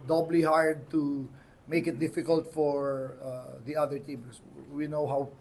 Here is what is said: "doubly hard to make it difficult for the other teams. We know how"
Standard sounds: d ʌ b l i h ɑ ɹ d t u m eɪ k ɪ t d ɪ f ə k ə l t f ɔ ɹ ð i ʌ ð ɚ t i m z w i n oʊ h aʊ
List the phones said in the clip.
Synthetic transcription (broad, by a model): d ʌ b l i h ɑ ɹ d t u m eɪ k ɪ t d ɪ f ə k ə l t f ɔ ɹ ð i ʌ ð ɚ t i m s w i n oʊ h aʊ